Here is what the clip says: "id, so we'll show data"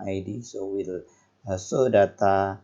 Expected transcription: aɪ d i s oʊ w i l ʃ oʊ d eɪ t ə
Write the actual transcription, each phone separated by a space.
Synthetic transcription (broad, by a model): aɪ d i s oʊ w i l s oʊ d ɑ t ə